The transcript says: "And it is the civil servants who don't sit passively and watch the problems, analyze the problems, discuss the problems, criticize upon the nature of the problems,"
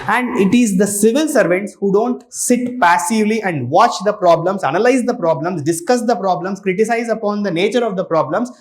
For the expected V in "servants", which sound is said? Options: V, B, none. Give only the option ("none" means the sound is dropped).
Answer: V